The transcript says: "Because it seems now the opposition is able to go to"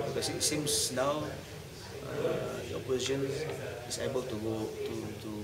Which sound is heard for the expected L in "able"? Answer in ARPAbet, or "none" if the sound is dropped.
L